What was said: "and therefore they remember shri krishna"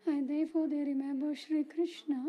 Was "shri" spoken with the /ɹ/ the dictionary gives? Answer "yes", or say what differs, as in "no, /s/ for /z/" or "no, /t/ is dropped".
yes